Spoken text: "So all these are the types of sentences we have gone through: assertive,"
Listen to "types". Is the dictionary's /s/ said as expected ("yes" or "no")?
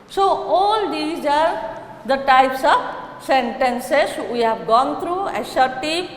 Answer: yes